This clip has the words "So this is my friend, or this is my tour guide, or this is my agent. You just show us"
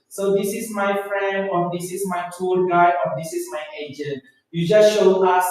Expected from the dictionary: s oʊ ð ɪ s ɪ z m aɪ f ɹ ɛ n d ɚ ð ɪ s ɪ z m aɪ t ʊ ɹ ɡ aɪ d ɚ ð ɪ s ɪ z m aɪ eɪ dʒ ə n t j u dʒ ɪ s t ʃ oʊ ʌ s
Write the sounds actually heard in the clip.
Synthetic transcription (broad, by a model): s oʊ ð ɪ s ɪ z m aɪ f ɹ ɛ n d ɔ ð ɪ s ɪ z m aɪ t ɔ ɡ aɪ ɚ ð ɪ s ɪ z m aɪ eɪ dʒ ə n t j u dʒ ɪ s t ʃ oʊ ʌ s